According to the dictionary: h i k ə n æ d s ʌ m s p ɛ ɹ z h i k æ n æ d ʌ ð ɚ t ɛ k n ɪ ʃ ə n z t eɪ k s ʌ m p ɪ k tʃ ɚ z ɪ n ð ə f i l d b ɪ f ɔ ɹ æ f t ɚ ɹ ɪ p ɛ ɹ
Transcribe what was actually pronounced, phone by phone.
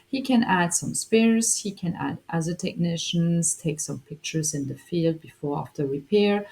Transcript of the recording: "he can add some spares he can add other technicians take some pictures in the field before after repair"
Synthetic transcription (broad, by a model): h i k ə n æ d s ʌ m s p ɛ ɹ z h i k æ n æ d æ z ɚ t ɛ k n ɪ ʃ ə n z t eɪ k s ʌ m p ɪ k tʃ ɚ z ɪ n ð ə f i l d b ɪ f ɔ ɹ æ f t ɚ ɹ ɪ p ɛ ɹ